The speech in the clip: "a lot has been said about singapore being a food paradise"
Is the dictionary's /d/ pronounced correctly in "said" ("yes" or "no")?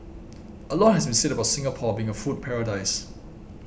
yes